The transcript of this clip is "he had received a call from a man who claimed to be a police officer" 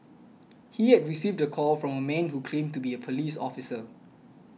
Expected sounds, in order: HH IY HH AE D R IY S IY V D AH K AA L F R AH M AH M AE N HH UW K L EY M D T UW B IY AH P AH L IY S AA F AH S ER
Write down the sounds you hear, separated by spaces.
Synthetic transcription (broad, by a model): HH IY HH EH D R IY S IY V D AH K AA L F R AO M AH M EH N HH UW K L EY M T UW B IY AH P AH L IY S AA F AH S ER